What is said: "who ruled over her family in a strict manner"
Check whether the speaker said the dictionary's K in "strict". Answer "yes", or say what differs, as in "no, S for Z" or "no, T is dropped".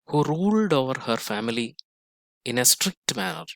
yes